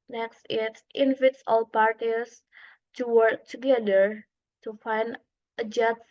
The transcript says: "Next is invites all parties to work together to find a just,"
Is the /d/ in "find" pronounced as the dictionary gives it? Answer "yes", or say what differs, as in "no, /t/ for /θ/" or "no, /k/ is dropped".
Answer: yes